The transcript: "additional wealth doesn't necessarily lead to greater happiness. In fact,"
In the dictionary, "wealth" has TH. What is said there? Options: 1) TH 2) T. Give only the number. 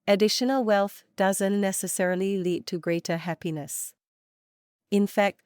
1